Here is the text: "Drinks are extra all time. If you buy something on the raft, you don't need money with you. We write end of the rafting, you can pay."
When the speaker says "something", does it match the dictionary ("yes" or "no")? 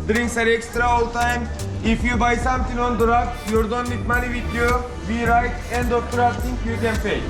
no